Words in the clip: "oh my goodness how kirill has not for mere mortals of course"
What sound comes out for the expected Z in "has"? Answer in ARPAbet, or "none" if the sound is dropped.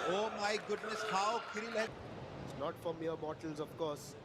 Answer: S